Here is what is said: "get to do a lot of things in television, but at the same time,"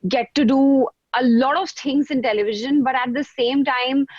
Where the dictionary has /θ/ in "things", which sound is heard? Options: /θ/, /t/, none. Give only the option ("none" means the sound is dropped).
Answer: /t/